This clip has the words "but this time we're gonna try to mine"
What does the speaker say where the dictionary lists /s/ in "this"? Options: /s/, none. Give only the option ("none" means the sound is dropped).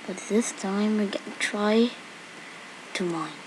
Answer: /s/